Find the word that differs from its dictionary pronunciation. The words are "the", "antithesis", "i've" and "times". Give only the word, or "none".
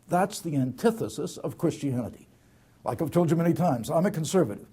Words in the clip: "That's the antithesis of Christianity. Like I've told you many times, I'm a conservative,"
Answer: none